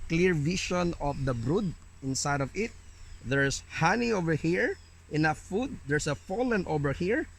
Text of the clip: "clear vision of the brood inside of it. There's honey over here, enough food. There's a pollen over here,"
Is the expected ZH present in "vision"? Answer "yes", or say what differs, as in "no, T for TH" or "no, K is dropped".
no, SH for ZH